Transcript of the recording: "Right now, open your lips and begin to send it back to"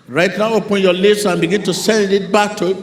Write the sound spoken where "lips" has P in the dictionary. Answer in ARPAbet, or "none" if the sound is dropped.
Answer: none